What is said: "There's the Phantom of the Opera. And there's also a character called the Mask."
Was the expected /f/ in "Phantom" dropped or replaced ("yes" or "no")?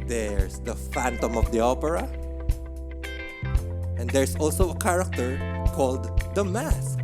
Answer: no